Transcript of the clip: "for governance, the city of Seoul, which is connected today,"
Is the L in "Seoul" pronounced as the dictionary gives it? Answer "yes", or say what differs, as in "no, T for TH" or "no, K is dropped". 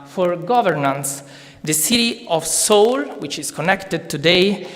yes